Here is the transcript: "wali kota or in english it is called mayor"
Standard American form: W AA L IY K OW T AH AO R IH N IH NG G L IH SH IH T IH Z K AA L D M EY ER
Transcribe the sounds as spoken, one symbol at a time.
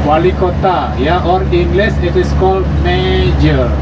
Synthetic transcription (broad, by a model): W AA L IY K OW T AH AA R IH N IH NG G L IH S IH T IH S K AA L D M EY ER